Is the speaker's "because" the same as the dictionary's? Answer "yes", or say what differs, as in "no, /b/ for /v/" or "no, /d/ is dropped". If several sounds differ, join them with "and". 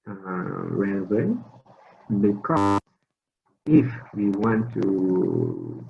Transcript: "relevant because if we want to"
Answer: no, /z/ is dropped